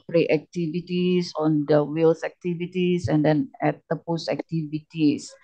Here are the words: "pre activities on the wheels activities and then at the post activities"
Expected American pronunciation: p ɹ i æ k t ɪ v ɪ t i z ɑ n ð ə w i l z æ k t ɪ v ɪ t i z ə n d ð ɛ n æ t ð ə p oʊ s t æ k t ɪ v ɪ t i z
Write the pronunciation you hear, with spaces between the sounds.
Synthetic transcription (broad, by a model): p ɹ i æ k t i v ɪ t i s ɑ n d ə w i l s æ k t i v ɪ t i s ə n d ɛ n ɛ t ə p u s æ k t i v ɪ t i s